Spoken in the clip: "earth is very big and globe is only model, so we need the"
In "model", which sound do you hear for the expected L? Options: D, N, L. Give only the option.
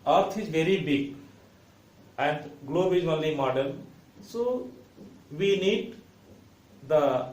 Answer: N